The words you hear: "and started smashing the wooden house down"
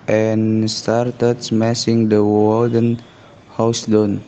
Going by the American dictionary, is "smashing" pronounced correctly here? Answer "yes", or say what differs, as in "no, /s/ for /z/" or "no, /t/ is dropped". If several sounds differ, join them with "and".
no, /s/ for /ʃ/